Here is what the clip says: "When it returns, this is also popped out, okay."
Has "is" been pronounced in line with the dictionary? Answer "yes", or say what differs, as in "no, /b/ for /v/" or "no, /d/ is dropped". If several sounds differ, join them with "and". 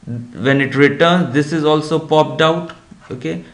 yes